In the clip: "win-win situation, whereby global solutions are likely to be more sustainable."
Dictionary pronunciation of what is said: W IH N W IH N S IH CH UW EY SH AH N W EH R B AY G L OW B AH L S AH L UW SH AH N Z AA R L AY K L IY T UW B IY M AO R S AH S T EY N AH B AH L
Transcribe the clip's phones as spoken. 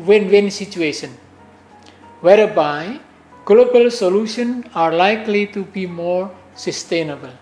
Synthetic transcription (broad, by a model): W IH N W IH N S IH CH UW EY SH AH N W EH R B AY G L OW B AH L S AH L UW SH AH N AA R L AY K L IY T UW B IY M AO R S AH S T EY N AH B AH L